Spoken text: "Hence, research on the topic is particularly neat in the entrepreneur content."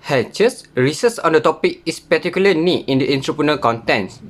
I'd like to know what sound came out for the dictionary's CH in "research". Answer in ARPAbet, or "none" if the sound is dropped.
S